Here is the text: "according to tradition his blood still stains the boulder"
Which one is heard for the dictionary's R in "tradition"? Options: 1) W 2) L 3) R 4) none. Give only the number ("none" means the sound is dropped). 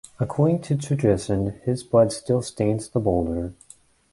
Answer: 4